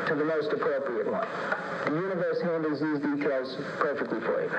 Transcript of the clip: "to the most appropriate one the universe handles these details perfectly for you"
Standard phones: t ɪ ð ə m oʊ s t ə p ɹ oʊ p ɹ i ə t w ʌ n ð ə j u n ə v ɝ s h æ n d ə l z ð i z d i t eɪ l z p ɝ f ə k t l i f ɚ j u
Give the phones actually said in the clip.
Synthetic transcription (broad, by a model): t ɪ ð ə m oʊ s t ə p ɹ oʊ p ɹ i ə t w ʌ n ð ə j u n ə v ɝ s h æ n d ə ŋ z ð i z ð i t eɪ l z p ɝ f ə k t l i f ɚ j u